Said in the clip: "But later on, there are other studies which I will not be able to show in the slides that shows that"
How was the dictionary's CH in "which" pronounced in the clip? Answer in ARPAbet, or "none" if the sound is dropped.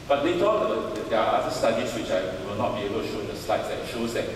CH